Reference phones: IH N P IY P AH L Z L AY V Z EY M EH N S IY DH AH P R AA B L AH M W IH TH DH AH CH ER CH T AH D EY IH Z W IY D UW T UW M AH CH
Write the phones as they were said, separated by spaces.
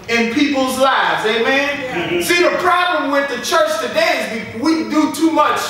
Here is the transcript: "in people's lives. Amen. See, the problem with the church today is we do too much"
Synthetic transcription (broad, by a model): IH N P IY P L Z L AY V Z EY M EH N S IY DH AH P R AA B L AH M W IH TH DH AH CH ER CH T AH D EY IH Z W IY D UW T UW M AH CH